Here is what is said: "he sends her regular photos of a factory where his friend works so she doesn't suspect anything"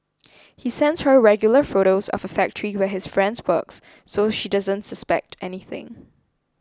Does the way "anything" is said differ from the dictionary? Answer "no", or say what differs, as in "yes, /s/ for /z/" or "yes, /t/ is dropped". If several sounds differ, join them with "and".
no